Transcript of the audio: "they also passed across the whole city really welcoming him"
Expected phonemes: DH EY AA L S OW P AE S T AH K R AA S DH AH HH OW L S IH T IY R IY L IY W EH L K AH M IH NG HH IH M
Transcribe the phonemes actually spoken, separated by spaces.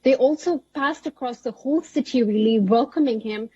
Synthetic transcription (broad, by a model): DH EY AA L S OW P AE S T AH K R AA S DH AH HH OW L S IH T IY R IY L IY W EH L K AH M IH NG HH IH M